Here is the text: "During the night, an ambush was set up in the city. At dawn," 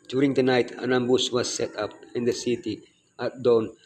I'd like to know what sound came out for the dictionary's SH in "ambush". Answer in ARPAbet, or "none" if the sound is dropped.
S